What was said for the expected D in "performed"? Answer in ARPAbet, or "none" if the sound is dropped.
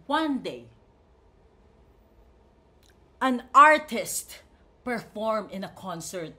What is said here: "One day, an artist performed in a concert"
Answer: none